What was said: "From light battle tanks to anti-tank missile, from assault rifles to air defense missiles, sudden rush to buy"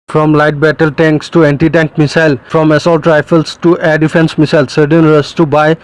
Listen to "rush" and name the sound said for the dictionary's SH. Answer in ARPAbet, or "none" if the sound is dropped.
S